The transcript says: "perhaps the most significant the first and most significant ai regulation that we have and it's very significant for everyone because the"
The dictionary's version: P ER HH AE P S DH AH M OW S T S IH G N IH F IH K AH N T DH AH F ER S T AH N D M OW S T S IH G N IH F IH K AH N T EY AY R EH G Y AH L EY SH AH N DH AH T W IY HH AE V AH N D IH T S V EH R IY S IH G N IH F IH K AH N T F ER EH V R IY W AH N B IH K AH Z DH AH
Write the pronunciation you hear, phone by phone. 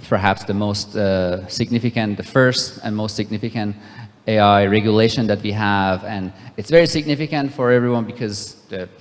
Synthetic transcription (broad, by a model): P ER HH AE P S DH AH M OW S T S IH G N IH F IH K AH N T DH AH F ER S T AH N M OW S T S IH G N IH F IH K AH N T EY AY R EH G Y AH L EY SH AH N DH AH T W IY HH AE V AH N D IH T S V EH R IY S IH G N IH F IH K AH N T F ER EH V R IY W AH N B IH K AH Z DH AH